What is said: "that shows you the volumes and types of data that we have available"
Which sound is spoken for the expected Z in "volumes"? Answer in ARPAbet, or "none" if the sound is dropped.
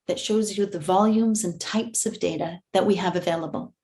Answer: Z